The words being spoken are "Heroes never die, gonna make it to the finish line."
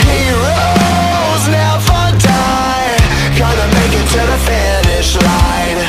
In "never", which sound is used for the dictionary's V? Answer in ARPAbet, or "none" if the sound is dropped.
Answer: F